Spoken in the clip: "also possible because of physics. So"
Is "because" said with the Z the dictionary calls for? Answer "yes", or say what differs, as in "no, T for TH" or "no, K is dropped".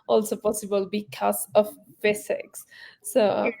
no, S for Z